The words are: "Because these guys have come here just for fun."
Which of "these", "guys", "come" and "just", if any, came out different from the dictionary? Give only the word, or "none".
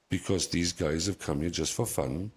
none